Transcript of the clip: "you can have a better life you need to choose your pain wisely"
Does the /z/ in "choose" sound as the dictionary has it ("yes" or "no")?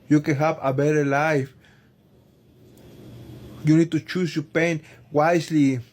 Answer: no